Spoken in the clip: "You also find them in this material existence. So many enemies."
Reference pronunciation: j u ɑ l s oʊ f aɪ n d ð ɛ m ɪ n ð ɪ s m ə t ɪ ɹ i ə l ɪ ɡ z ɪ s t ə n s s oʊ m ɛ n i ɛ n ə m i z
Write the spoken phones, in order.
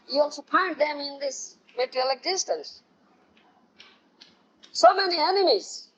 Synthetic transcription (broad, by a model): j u ɑ l s oʊ p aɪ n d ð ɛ m ɪ n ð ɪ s m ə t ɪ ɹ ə l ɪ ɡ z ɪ s t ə n s s oʊ m ɛ n i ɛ n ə m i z